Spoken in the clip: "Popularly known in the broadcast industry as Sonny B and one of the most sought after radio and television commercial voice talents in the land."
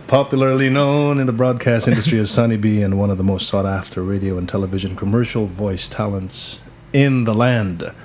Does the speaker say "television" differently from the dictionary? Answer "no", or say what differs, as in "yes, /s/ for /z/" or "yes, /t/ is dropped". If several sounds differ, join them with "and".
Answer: no